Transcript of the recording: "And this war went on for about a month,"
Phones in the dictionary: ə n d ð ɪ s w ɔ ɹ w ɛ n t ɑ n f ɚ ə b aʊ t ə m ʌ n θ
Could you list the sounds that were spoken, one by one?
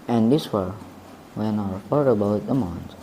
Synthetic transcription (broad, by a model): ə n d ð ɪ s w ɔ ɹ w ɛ n ɑ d f ɚ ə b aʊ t ə m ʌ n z